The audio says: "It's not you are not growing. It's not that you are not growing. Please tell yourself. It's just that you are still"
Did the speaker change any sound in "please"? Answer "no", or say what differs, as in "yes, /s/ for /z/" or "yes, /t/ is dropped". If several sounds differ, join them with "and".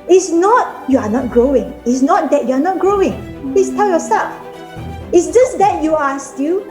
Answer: yes, /s/ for /z/